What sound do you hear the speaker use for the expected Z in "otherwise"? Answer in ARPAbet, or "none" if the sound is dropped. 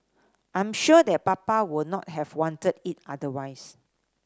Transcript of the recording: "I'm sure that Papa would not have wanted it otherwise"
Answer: S